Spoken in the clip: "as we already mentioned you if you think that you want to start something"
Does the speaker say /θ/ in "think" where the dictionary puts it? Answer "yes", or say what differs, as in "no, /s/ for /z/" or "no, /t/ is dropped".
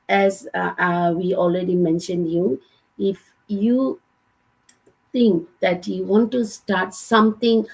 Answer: no, /t/ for /θ/